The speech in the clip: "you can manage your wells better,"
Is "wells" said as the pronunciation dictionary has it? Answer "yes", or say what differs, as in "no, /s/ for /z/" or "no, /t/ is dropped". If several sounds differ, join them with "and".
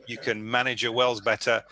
yes